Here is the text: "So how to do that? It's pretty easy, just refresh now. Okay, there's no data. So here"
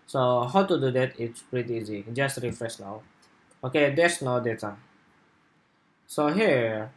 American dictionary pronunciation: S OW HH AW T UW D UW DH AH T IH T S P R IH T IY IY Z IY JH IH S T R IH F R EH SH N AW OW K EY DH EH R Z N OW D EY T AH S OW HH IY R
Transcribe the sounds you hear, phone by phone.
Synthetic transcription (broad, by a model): S OW HH AW T UW D UW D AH T IH T S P R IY T IY IY Z IY JH IH S T R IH F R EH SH N AW OW K EY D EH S N OW D EY T AH S OW HH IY